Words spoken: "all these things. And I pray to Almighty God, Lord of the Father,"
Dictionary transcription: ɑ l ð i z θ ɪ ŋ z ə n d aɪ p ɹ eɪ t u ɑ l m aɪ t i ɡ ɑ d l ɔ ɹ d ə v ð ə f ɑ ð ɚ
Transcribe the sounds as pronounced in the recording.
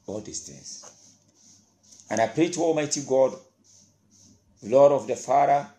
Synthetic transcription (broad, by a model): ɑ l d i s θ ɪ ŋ s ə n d aɪ p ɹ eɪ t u ɑ l m aɪ t i ɡ ɑ d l ɔ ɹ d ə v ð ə f ɑ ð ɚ